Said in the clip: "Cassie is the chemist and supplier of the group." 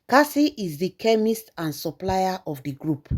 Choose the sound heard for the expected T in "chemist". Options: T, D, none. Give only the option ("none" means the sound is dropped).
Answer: T